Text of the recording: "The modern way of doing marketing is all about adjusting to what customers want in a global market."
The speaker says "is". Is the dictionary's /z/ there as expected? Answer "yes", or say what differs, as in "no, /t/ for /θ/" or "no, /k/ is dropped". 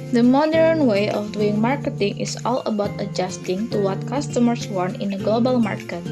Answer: no, /s/ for /z/